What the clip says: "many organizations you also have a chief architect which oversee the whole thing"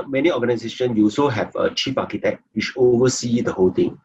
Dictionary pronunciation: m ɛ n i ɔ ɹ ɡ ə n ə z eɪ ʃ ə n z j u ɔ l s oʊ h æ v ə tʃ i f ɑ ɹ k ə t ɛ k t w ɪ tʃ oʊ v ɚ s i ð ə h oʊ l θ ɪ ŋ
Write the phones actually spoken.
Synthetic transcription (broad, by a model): m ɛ n i ɔ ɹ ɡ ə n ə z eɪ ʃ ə n j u ɔ l s oʊ h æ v ə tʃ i p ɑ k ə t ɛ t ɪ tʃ oʊ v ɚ s i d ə h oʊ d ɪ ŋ